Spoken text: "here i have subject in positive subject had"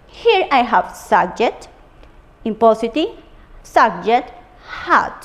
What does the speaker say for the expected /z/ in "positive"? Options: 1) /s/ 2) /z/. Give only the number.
1